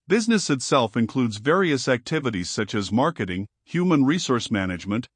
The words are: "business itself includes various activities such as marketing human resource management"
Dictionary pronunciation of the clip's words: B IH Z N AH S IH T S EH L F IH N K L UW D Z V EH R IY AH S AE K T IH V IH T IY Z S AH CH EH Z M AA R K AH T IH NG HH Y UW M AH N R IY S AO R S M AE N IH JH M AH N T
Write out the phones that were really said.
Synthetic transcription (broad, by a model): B IH Z N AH S IH T S EH L F IH N K L UW D Z V EH R IY AH S AE K T IH V IH T IY Z S AH CH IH Z M AA R K AH T IH NG HH Y UW M AH N R IY S AO R S M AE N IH JH M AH N T